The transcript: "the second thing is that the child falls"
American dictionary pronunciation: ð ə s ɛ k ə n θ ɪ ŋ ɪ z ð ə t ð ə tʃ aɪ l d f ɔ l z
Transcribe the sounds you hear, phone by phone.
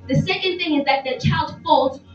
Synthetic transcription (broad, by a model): ð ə s ɛ k ə n θ ɪ ŋ ɪ z ð ə t ð ə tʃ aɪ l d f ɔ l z